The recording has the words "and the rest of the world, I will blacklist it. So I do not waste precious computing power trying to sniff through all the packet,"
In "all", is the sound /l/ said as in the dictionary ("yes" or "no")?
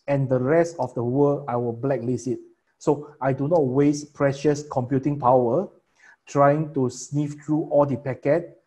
yes